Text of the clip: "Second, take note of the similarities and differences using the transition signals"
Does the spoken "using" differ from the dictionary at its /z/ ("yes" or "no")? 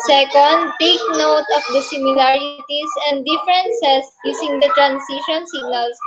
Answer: yes